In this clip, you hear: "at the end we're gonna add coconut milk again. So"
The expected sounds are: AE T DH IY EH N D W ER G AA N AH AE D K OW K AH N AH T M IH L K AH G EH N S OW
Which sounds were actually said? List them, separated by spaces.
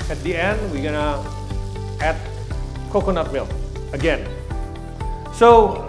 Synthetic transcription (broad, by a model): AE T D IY EH N D W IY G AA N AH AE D K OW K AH N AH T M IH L AH G EH N S OW